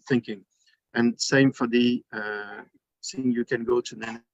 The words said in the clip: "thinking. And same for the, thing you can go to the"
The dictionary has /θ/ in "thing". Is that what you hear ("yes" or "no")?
no